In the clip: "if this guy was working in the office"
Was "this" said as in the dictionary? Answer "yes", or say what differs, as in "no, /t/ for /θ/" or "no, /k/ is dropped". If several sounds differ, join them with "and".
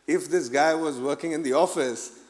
yes